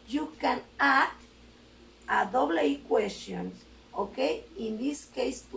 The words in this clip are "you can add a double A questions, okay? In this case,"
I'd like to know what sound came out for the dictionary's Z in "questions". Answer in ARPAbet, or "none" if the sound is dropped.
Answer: none